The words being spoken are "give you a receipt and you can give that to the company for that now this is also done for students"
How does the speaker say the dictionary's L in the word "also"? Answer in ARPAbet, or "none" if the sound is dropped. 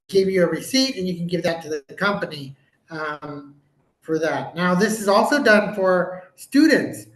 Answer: L